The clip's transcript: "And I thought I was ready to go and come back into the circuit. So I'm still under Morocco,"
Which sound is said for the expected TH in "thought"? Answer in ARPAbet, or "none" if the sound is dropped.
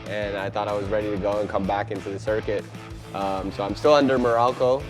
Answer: TH